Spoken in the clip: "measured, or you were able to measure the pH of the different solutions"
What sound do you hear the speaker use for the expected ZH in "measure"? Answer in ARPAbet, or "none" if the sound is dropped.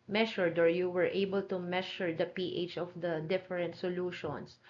SH